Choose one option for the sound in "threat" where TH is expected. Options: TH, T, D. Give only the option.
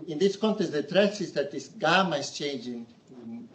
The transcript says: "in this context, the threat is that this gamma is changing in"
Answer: T